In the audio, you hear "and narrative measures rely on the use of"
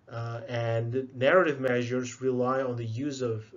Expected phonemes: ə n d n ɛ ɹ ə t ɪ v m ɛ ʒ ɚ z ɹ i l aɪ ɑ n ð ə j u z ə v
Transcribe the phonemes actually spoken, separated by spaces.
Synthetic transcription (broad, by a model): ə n n ɛ ɹ ə t ɪ v m ɛ ʒ ɚ z ɹ i l aɪ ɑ n ð ə j u z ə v